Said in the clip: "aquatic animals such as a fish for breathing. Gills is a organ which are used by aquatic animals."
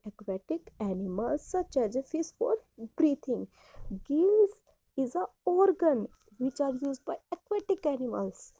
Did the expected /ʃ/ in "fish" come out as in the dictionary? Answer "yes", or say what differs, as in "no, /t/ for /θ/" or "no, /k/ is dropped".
no, /s/ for /ʃ/